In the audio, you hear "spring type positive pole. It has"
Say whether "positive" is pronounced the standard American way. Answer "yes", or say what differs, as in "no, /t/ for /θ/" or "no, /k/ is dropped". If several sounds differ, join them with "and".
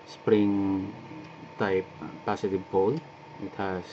no, /s/ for /z/